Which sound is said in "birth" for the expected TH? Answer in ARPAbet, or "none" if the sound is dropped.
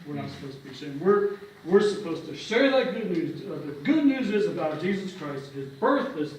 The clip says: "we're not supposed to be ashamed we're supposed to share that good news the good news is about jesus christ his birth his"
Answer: TH